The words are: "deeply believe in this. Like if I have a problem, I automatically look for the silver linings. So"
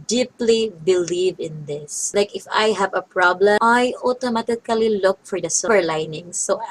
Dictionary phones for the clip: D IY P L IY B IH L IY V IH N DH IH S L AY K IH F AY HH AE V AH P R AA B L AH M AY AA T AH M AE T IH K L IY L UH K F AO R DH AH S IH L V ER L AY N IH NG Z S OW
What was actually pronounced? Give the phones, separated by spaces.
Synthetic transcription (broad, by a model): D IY P L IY B IH L IY V IH N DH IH S L AY K IH F AY HH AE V AH P R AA B L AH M AY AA T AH M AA T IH K L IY L UH K F AO R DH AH S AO V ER L AY N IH NG S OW